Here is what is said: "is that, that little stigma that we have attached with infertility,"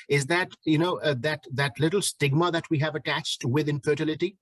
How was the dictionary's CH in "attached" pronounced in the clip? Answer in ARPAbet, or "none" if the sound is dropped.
CH